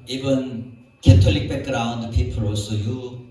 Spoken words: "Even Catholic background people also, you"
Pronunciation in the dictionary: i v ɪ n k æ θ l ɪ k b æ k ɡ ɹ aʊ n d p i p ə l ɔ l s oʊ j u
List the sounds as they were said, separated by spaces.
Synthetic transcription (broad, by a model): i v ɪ n k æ t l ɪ k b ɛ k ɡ ɹ aʊ n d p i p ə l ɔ s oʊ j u